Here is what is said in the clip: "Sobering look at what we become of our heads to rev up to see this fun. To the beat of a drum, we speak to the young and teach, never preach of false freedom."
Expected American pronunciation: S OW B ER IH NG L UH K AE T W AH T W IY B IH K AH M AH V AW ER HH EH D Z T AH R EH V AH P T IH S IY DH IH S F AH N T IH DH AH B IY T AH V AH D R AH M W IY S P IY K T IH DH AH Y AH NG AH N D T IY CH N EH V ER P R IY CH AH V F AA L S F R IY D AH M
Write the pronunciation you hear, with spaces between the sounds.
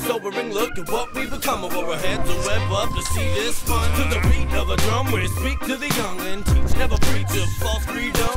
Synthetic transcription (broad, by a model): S OW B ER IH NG L UH K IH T W AH T W IY B IH K AH M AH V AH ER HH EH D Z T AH W EH B AH P T IH S IY DH IH S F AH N T IH DH AH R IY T AH V AH D R AH M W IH S P IY K T IH DH AH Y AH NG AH N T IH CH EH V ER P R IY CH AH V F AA S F R IY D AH M